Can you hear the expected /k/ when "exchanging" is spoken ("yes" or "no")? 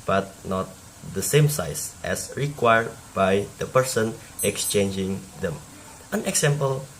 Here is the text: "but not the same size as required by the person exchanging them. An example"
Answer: yes